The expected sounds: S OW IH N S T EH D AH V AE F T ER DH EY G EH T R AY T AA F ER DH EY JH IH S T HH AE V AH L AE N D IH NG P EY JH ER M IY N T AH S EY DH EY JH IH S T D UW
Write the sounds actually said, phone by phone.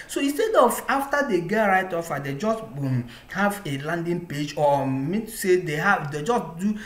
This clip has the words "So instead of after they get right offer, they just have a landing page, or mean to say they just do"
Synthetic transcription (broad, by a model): S OW IH N S T EH D AH V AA F T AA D EY G EH T R AY T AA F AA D EY JH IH S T HH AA V AH L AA N D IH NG P EY JH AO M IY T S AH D EY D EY JH IH S T D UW